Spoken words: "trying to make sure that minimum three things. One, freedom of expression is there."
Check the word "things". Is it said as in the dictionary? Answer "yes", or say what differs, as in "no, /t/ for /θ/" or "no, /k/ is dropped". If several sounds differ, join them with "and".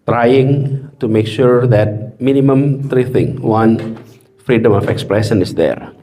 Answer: no, /z/ is dropped